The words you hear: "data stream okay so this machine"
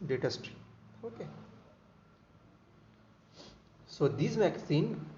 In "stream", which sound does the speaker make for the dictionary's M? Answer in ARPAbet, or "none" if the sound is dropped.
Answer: none